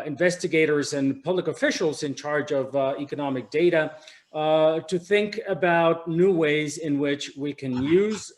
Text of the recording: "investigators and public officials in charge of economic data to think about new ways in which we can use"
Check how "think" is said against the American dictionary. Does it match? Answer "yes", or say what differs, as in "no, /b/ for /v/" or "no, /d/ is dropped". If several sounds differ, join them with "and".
yes